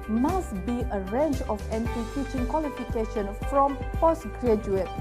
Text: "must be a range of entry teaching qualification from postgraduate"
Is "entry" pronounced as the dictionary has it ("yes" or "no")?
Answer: no